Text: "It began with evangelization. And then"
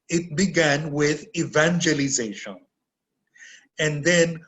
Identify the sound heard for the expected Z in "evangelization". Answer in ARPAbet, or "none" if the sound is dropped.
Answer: Z